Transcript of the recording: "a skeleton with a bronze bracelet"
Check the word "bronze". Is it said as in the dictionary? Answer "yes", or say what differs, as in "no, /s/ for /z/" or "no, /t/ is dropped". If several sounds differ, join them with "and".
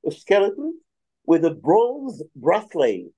no, /n/ is dropped